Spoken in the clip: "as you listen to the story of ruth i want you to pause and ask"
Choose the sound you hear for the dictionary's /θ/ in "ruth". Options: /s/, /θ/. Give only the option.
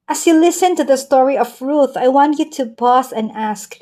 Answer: /θ/